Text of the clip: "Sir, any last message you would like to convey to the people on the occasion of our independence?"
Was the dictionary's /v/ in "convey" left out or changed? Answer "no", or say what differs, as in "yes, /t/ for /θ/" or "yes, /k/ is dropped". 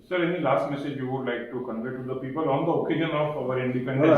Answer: yes, /v/ is dropped